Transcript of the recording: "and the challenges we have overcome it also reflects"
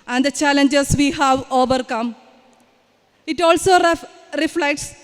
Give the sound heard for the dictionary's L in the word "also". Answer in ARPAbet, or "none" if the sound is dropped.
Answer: L